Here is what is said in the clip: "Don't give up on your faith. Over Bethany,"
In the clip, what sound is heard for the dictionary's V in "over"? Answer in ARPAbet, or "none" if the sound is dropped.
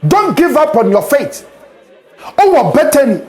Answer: none